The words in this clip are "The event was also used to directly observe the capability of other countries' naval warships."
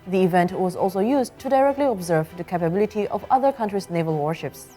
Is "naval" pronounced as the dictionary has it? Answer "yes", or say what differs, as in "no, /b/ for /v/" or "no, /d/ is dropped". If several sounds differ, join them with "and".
yes